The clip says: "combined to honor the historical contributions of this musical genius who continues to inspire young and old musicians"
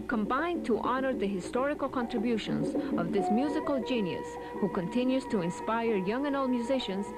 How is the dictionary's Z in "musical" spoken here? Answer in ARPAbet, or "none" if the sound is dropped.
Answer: Z